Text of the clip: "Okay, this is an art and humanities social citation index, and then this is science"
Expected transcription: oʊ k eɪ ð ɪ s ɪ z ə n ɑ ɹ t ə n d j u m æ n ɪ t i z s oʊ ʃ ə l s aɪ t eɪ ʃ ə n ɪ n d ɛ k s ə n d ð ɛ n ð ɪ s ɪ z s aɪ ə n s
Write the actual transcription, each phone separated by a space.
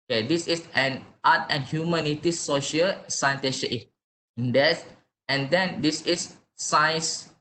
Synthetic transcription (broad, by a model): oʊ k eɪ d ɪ s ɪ s ə n ɑ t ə n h j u m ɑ n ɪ t i s oʊ ʃ ə l s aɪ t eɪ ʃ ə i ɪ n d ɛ s ə n d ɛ n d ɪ s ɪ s aɪ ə n s